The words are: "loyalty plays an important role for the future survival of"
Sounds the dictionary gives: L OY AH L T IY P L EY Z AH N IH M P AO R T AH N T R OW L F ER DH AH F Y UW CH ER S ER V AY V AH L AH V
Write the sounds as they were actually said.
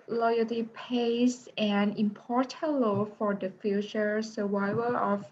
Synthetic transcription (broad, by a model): L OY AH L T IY P EY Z AH N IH M P AO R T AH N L OW F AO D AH F Y UW CH ER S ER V AY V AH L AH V